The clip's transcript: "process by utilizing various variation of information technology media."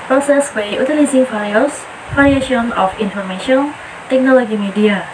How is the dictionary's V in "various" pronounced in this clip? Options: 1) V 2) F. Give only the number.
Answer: 2